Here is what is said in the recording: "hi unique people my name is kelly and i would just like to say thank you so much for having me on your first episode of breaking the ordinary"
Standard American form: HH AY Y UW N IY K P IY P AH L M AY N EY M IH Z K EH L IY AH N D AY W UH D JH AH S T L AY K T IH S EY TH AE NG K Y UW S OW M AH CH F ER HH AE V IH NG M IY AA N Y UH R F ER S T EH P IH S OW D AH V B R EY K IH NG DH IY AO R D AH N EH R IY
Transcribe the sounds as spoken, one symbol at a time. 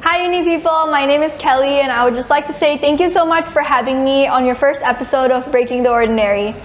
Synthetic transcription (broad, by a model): HH AY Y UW N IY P IY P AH L M AY N EY M IH Z K EH L IY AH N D AY W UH D JH AH S T L AY K T IH S EY TH AE NG K Y UW S OW M AH CH F ER HH AE V IH NG M IY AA N Y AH R F ER S T EH P IH S OW D AH V B R EY K IH NG DH IY AO R D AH N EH R IY